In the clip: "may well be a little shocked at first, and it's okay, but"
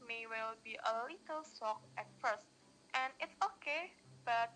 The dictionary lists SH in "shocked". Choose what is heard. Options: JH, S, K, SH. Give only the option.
S